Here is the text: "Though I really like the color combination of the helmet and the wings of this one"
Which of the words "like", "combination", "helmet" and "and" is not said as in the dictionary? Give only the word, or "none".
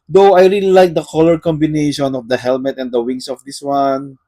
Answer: none